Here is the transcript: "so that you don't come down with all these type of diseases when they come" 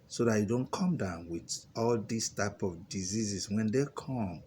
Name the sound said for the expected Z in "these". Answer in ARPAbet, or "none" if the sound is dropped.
S